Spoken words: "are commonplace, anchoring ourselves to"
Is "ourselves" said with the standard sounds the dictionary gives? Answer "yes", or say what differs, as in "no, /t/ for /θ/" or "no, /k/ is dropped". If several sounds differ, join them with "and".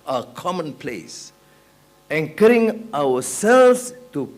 no, /w/ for /ɹ/